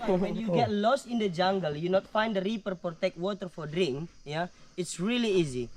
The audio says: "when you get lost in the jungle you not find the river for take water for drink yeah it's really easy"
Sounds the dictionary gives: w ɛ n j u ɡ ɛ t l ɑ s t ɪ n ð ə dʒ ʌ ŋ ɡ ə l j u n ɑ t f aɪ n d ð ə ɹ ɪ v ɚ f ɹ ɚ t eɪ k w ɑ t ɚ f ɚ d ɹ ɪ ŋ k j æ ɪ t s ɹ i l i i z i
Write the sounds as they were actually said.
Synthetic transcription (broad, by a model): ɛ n j u ɡ ɛ t l ɑ s t ɪ n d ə dʒ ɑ ŋ ɡ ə l j u n ɑ t f aɪ n d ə ɹ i p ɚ p ɹ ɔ t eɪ k w ɑ t ɚ f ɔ d ɹ ɪ ŋ k j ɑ ɪ t s ɹ i l i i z i